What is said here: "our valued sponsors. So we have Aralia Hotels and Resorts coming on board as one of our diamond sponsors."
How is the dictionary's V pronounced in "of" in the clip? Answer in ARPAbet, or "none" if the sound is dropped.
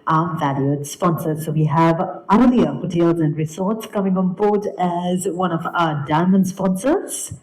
V